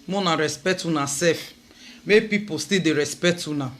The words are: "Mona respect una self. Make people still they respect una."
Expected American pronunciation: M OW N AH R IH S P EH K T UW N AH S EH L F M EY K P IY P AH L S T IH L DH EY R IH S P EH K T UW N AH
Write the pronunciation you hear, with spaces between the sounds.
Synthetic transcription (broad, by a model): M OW N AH R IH S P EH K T UW N AH S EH F M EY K P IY P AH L S T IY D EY R IH S P EH K T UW N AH